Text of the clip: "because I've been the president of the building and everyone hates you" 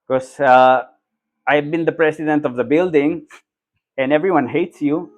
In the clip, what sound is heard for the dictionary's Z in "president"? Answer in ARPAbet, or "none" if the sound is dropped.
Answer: S